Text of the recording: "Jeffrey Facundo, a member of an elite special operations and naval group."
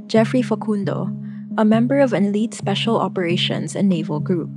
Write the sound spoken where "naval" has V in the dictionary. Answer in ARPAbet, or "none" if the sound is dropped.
V